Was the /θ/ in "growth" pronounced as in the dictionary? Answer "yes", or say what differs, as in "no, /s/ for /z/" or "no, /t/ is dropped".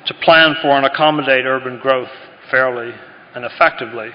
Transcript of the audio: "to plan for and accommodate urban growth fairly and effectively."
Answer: yes